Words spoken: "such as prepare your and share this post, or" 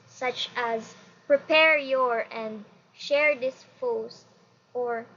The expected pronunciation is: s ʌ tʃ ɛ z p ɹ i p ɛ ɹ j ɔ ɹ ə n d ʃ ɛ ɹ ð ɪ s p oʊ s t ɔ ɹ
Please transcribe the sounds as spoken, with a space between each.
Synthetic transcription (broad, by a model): s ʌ tʃ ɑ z p ɹ i p ɛ ɹ j ɔ ɹ ə n d ʃ ɛ ɹ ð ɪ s f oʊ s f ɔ ɹ